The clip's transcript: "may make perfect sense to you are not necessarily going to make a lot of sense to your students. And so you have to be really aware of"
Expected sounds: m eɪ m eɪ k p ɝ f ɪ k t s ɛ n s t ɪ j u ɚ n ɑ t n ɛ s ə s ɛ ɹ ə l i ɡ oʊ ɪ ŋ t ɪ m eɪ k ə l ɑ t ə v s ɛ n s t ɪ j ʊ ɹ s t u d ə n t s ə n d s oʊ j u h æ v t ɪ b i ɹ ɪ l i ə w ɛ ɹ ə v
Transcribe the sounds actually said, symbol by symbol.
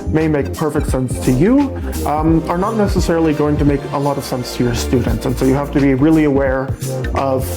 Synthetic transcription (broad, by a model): m eɪ m eɪ k p ɝ f ɪ k t s ɛ n s t ɪ j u ɚ n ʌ t n ɛ s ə s ɛ ɹ l i ɡ oʊ ɪ ŋ t ɪ m eɪ k ə l ɑ t ə v s ɛ n s t ɪ j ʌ ɹ s t u d n t s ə n s oʊ j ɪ h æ f t ɪ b i ɹ ɪ l i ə w ɛ ɹ ə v